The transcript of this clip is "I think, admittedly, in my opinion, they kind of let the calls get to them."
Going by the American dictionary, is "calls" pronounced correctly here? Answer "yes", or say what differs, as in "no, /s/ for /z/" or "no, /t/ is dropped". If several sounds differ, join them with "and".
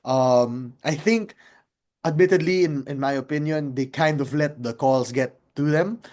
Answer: no, /s/ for /z/